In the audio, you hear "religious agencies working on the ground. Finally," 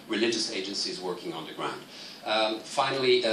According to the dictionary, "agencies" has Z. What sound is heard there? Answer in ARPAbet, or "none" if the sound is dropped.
Z